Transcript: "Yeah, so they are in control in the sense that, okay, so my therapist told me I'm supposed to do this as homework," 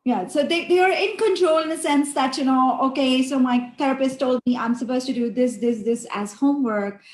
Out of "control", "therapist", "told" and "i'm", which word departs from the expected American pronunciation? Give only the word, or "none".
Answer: therapist